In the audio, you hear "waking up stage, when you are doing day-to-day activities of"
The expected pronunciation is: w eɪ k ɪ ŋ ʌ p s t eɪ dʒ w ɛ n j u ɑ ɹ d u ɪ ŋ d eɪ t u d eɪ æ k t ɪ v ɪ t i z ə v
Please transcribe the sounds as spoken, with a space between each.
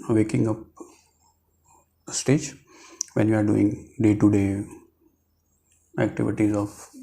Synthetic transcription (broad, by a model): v eɪ k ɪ ŋ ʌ p s t eɪ dʒ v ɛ n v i ɑ ɹ d u ɪ ŋ d eɪ t u d eɪ æ k t ɪ v ɪ t i z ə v